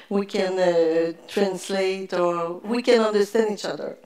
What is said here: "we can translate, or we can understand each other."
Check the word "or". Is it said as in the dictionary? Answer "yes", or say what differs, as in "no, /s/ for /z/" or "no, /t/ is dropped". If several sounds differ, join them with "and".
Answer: yes